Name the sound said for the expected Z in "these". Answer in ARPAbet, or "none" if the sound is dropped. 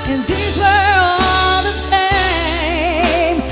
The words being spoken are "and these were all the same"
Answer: Z